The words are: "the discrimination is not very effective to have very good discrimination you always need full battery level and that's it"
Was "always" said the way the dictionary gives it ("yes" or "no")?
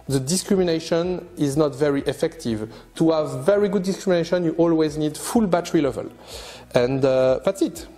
yes